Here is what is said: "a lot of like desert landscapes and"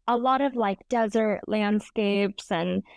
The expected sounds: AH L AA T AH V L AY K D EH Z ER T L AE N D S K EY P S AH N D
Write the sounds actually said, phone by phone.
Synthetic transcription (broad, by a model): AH L AA T AH V L AY K D EH Z ER T L AE N D S K EY P S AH N